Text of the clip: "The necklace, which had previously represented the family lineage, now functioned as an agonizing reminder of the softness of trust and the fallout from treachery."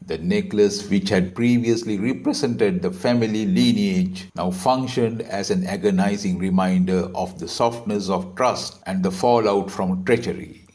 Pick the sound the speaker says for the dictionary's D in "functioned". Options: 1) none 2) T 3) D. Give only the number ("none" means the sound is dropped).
3